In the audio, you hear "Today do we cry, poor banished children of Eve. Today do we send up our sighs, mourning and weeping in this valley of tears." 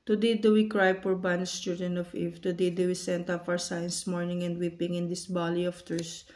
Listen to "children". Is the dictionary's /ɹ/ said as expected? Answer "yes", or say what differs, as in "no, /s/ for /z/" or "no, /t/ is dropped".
no, /ɹ/ is dropped